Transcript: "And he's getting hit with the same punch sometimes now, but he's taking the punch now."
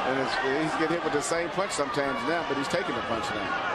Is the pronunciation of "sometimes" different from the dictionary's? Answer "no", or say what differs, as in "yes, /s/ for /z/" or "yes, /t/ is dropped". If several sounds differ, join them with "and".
no